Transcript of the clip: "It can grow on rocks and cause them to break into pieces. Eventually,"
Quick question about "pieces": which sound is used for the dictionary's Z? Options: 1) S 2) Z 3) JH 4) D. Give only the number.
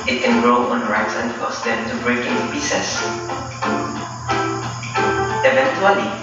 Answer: 1